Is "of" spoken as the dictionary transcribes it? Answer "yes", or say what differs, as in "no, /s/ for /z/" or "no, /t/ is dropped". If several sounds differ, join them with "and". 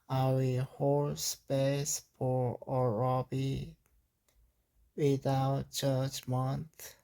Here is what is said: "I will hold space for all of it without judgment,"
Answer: no, /b/ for /v/